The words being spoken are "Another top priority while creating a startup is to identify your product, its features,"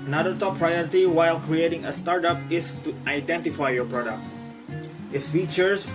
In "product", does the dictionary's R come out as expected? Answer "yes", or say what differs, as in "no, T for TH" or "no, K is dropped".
yes